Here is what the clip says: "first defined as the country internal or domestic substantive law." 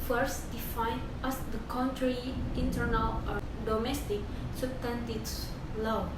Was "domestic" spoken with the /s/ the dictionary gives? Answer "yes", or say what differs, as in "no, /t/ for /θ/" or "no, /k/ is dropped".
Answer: yes